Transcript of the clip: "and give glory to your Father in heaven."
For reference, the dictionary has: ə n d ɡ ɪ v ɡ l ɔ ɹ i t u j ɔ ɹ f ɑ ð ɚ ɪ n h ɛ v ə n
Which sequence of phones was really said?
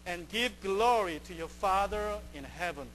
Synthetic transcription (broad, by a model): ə n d ɡ ɪ v ɡ l ɔ ɹ i t u j ɔ ɹ f ɑ ð ɚ ɪ n h ɛ v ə n